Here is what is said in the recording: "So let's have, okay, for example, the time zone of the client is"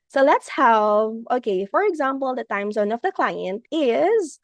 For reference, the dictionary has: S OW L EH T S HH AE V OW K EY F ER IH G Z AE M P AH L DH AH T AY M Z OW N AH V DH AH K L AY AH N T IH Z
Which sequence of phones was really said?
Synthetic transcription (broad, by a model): S OW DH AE T S HH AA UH OW K EY F ER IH G Z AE M P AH L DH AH T AY M Z OW N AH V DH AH K L AY AH N T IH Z